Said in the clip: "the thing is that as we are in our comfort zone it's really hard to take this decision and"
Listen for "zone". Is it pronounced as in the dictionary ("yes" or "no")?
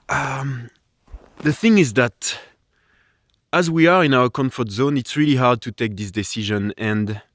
yes